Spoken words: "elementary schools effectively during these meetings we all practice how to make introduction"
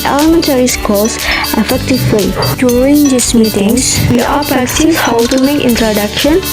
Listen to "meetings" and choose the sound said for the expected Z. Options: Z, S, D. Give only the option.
S